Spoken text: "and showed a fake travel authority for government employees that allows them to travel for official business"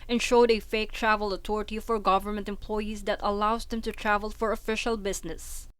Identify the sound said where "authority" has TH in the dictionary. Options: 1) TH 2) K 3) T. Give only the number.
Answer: 3